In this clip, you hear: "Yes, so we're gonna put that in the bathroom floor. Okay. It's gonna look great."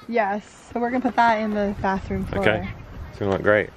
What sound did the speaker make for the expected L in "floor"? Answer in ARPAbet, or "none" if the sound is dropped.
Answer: none